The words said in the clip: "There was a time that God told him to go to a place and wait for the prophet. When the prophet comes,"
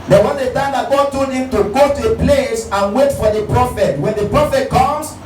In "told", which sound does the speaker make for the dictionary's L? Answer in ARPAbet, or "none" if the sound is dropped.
none